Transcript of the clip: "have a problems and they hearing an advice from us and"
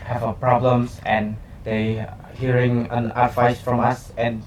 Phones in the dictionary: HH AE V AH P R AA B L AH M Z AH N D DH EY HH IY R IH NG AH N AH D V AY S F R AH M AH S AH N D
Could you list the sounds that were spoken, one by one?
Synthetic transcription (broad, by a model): HH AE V AH P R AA B L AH M S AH N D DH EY HH IY R IH NG AH N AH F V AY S F R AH M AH S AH N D